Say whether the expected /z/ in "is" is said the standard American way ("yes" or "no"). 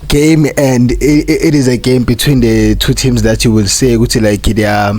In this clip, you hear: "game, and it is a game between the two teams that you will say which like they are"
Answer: yes